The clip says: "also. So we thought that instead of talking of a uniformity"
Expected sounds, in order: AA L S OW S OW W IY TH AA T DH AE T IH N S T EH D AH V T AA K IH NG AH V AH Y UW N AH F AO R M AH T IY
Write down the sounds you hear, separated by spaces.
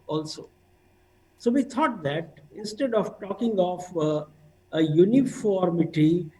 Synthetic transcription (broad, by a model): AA L S OW S OW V IY T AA T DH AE T IH N S T EH D AH V T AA K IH NG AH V AH Y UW N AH F AO R M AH T IY